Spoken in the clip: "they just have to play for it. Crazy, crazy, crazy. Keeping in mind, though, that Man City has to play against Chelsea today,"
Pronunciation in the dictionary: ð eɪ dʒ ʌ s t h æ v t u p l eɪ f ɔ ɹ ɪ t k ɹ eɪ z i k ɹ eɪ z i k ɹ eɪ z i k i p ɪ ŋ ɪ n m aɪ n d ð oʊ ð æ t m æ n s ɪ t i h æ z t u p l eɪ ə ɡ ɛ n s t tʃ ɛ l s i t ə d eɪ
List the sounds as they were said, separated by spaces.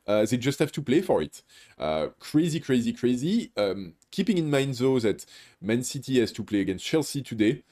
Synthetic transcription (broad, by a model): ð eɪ dʒ ʌ s t h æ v t u p l eɪ f ɔ ɹ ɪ t k ɹ eɪ z i k ɹ eɪ z i k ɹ eɪ z i k i p ɪ ŋ ɪ n m aɪ n d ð oʊ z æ t m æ n s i t i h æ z t u p l eɪ ə ɡ ɛ n s t tʃ ɛ l s i t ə d eɪ